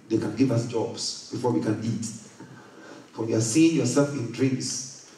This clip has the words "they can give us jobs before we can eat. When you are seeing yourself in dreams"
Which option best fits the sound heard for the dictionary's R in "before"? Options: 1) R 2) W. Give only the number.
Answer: 1